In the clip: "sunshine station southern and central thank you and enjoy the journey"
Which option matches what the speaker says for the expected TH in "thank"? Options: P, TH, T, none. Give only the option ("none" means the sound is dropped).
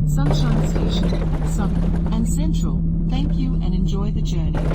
TH